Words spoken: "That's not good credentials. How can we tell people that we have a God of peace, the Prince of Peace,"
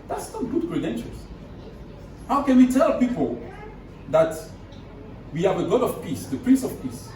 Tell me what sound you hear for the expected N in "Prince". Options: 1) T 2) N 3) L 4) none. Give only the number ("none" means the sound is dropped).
2